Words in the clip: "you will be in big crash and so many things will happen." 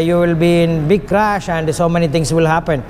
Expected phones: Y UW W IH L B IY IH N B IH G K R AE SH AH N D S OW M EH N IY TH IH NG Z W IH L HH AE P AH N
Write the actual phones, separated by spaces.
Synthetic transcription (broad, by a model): Y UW W IH L B IY IH N B IH G K R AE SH AH N D S OW M EH N IY T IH NG S W IH L HH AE P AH N